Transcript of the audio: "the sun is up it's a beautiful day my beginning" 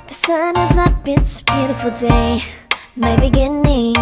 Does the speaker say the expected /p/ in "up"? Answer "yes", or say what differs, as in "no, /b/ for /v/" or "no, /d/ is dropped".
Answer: no, /b/ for /p/